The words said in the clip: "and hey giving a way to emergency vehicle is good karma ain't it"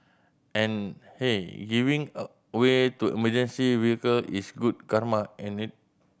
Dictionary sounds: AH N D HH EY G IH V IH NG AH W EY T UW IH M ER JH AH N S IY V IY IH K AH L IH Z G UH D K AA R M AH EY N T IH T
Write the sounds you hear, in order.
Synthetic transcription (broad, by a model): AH N HH EY G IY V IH NG AH W EY T UW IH M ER JH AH N S IY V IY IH K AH L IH S G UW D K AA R M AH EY N IH T